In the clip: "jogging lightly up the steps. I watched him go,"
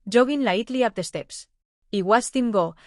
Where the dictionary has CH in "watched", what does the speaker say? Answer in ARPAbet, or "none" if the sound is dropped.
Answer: S